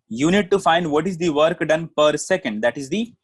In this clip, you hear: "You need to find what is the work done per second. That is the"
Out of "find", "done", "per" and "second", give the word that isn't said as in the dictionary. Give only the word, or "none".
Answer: none